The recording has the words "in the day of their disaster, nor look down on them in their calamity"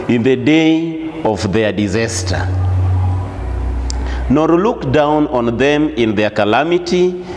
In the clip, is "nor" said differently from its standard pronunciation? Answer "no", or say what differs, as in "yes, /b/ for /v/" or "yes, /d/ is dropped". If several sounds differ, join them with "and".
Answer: no